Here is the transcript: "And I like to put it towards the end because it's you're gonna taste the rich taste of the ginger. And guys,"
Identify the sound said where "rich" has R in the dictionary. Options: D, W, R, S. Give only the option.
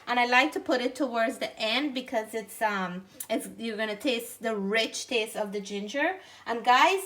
R